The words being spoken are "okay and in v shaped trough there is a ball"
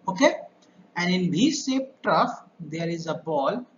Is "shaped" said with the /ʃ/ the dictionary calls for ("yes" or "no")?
no